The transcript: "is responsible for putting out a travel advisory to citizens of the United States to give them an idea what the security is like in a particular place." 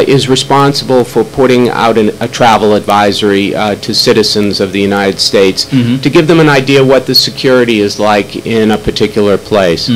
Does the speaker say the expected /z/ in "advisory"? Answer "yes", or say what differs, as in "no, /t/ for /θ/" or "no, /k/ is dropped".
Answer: yes